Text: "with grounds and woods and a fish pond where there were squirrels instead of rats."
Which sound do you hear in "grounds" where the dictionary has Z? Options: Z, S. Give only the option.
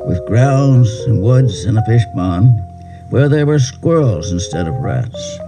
Z